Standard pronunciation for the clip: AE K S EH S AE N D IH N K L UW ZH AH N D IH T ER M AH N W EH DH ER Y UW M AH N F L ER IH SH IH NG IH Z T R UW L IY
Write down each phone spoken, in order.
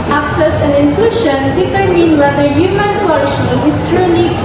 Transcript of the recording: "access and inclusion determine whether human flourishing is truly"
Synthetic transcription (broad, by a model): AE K S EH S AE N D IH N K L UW SH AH N D IH T ER M AH N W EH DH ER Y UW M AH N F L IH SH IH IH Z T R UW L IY